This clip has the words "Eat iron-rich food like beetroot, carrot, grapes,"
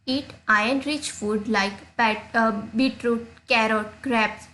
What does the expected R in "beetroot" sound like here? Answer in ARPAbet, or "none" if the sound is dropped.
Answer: R